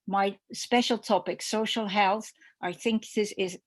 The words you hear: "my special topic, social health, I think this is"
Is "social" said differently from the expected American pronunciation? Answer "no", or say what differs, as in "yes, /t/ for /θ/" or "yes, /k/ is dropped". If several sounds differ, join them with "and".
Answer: no